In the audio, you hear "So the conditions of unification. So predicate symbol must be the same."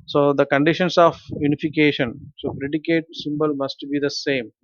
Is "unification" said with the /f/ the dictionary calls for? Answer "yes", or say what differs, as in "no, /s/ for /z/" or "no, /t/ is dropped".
yes